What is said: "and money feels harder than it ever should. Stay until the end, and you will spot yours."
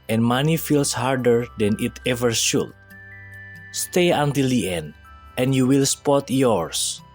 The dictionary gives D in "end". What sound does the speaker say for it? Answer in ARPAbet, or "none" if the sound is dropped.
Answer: D